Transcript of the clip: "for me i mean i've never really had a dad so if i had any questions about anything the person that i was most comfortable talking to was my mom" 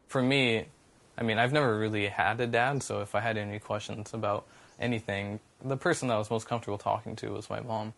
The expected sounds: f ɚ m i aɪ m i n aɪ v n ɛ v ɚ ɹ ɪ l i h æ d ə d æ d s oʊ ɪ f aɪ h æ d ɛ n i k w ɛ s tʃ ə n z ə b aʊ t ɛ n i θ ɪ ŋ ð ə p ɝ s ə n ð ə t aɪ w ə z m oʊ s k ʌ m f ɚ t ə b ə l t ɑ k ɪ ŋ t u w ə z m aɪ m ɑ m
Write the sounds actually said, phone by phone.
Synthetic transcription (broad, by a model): f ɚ m i aɪ m i n aɪ v n ɛ v ɚ ɹ ɪ l i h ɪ d ə d æ d s oʊ ɪ f aɪ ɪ d ɛ n i k w ɛ s tʃ ə n z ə b aʊ t ɛ n i θ ɪ ŋ ð ə p ɝ s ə n ð ə t w ə z m oʊ s k ʌ m f t ə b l t ɑ k ɪ ŋ t u w ə z m aɪ m ɑ m